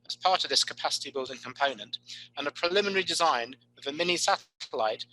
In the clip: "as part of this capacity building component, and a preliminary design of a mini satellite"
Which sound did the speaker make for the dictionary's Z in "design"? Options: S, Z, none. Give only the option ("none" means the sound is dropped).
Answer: Z